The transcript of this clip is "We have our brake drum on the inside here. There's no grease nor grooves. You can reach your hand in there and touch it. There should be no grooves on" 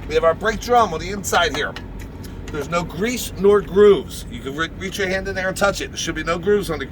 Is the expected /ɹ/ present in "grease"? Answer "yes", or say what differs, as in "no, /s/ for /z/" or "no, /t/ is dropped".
yes